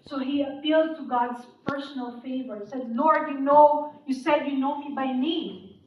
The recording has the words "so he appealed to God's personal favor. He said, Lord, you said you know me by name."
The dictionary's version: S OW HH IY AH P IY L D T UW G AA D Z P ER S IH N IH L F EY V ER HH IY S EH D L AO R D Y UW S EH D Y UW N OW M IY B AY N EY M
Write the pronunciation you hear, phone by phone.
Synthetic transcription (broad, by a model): S OW HH IY AH P IY L D T UW G AA D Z P ER S IH N IH L F EY V ER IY S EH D N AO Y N Y UW S EH D Y UW N OW M IY B AY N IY